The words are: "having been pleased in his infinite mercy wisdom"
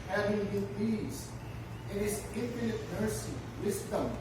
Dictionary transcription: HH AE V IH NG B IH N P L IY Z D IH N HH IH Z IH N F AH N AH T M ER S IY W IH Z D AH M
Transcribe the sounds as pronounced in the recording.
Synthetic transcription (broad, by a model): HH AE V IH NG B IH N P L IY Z IH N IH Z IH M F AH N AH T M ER S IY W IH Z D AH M